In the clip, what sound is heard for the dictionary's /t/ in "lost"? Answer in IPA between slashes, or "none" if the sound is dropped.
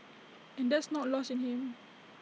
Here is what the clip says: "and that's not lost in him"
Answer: none